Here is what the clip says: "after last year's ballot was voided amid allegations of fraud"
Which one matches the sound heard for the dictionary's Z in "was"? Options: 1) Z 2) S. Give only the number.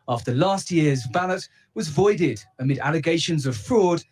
1